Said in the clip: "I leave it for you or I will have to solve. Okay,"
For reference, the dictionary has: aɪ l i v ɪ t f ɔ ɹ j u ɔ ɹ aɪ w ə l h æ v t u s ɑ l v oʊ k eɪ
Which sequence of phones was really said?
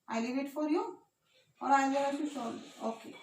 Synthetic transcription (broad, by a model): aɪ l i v ɪ t f ɔ ɹ j u ɔ ɹ aɪ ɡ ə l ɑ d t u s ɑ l oʊ k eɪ